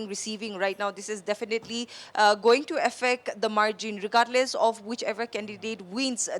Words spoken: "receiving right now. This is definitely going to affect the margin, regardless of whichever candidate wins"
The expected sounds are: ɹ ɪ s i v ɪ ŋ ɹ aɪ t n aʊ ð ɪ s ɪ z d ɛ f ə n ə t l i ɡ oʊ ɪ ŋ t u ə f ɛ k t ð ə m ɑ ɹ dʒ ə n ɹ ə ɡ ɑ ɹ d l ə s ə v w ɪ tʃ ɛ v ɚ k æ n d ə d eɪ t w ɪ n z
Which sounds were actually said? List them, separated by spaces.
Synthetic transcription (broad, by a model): ɹ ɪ s i v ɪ ŋ ɹ aɪ t n aʊ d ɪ s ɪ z d ɛ f ə n ə t l i ɡ oʊ ɪ ŋ t u ə f ɛ k t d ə m ɑ ɹ dʒ ə n ɹ ə ɡ ɑ ɹ d l ə s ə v w ɪ tʃ ɛ v ɚ k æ n d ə d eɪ t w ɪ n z